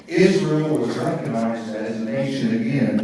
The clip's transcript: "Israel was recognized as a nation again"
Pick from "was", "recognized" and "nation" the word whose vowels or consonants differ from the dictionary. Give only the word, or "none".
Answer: none